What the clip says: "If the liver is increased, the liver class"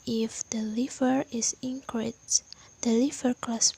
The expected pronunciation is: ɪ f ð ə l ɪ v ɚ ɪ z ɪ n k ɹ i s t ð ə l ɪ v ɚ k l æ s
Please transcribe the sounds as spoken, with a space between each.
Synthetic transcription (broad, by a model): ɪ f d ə l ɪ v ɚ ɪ s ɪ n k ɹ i t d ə l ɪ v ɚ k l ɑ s